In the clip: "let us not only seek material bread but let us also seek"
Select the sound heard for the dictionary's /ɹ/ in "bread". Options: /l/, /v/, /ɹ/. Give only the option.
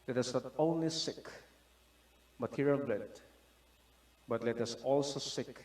/l/